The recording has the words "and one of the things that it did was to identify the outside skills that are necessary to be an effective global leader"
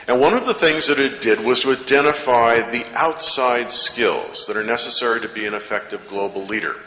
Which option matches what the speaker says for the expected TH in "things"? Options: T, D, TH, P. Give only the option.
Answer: TH